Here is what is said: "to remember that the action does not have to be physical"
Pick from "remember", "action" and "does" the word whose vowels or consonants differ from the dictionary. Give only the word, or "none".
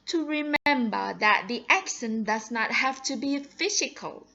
action